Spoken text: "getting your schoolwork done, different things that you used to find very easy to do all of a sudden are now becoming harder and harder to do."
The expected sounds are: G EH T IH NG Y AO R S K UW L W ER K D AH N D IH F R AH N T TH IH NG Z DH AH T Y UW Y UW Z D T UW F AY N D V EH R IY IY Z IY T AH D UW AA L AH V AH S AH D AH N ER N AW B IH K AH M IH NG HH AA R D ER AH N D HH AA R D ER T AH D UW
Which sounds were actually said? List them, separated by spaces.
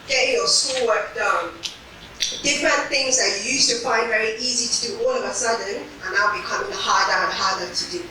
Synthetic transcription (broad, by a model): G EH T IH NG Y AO S AO W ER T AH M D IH F R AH N TH IH NG Z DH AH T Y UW Y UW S T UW F AY N D V EH R IY IY Z IY T AH D UW AA L AH V AH S AH D AH N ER N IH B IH K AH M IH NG HH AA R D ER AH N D HH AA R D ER T AH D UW